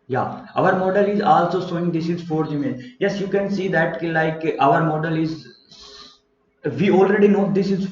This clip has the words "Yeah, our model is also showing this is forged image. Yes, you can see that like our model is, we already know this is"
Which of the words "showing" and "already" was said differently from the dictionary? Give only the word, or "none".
showing